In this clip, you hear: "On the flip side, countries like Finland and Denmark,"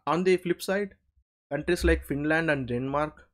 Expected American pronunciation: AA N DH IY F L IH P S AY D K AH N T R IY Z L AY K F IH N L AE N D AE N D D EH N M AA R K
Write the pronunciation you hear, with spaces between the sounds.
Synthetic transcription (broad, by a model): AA N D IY F L IH P S AY D K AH N T R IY S L AY K F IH N L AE N D AE N D D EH N M AA R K